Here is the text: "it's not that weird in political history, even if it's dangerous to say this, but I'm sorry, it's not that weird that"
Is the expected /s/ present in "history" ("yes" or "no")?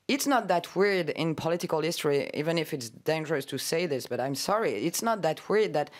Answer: yes